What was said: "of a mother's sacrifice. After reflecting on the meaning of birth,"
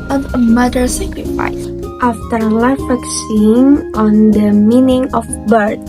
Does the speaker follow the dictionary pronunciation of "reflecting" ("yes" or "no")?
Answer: no